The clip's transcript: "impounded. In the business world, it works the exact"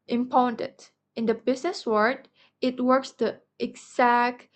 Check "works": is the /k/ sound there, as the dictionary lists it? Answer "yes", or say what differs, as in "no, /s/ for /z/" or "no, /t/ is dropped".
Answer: yes